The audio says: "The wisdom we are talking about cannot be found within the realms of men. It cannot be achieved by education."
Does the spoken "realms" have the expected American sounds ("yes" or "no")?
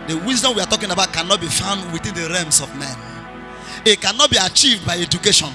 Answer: no